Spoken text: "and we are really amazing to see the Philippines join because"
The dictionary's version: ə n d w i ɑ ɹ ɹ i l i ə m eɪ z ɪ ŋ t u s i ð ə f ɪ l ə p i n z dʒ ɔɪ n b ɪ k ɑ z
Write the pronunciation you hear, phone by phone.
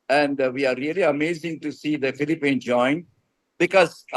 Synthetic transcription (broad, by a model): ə n d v i ɑ ɹ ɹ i l i ə m eɪ z ɪ ŋ t u s i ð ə f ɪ l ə p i n dʒ ɔɪ n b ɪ k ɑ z